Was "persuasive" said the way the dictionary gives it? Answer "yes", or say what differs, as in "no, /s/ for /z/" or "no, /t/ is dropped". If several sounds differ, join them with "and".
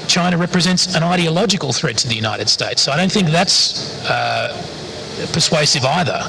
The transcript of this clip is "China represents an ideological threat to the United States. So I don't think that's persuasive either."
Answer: yes